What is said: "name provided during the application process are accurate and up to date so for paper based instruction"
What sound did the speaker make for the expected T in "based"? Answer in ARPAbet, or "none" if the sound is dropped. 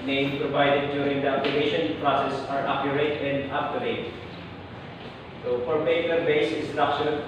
none